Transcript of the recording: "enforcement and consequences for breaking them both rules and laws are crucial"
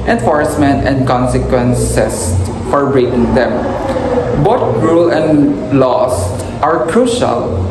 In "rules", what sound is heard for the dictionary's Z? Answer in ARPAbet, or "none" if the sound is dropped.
none